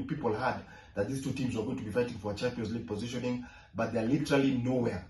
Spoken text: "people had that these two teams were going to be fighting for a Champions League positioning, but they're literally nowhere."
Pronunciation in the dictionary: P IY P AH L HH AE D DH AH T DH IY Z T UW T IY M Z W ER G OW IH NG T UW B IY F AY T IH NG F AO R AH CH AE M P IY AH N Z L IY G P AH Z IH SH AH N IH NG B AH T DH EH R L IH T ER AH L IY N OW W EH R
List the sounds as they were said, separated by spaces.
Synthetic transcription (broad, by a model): P IY P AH L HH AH D DH AH T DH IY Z T UW T IY M Z W ER G OW IH NG T UW B IY F AY T IH NG F AO R AH CH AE M P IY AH N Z L IY G P AH Z IH SH AH N IH NG B AH T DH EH L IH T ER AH L IY N OW W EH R